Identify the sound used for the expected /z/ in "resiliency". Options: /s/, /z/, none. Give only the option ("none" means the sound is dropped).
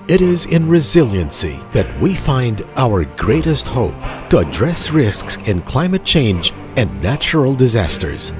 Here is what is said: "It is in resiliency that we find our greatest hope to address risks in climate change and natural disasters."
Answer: /z/